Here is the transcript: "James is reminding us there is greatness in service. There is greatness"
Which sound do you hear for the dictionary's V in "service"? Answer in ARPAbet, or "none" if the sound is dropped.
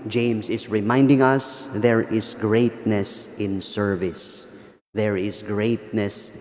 V